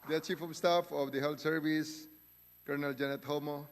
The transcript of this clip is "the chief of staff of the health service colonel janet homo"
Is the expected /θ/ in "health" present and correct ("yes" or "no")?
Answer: no